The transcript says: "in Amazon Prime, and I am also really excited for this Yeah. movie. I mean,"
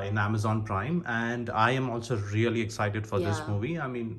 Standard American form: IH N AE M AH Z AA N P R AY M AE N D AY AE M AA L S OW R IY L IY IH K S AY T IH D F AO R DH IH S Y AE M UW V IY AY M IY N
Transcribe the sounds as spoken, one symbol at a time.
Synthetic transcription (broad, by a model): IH N AE M AH Z AA N P R AY M AE N D AY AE M AA L S OW R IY L IY IH K S AY T IH D F AO R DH IH S M UW V IY AY M IY N